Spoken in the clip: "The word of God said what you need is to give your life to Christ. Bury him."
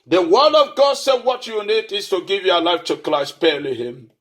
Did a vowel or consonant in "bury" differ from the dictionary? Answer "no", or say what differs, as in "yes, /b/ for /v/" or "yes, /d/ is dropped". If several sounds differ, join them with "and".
yes, /l/ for /ɹ/